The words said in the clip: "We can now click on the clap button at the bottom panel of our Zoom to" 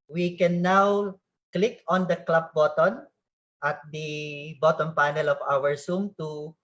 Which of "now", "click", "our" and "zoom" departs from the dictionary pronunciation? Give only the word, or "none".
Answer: zoom